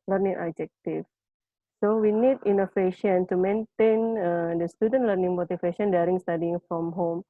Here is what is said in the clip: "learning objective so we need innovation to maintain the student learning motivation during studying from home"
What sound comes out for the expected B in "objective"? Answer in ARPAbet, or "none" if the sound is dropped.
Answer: none